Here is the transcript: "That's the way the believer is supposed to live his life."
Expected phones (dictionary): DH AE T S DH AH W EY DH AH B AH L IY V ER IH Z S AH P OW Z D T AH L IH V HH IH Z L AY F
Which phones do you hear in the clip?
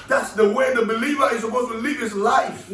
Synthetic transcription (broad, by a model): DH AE T S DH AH W EY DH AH B AH L IY V ER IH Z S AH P OW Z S T AH L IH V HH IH S L AY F